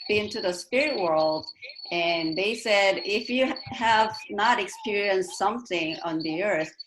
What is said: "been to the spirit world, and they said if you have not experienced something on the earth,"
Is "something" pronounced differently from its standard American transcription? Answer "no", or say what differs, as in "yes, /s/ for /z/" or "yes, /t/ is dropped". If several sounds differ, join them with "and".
no